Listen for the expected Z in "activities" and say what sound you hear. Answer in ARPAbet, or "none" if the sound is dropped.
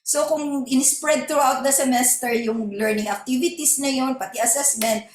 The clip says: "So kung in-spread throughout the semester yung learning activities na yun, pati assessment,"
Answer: S